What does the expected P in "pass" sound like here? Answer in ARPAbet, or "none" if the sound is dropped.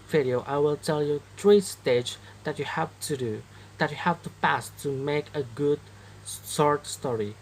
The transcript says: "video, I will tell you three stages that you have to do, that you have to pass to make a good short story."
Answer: P